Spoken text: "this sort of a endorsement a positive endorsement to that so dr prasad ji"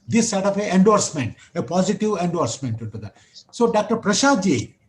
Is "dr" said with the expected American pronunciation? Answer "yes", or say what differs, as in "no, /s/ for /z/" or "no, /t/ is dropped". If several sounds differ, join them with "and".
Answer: yes